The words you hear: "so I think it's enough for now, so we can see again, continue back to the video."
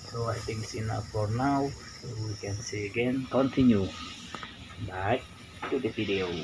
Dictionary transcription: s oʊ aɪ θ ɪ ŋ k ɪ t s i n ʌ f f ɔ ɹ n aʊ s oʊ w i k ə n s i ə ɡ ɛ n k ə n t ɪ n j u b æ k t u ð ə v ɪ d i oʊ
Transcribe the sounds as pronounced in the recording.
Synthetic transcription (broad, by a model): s oʊ aɪ t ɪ ŋ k s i n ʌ p f ɔ ɹ n aʊ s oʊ w i k ə n s i ə ɡ ɛ n k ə n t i n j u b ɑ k t u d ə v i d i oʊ